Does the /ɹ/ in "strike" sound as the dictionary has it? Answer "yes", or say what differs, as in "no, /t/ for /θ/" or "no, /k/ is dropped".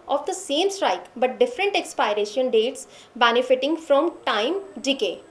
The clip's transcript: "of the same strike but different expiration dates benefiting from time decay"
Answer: yes